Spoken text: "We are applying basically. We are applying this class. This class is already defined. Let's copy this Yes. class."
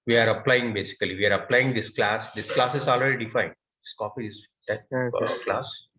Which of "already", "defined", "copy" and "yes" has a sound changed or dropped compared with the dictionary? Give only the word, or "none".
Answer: yes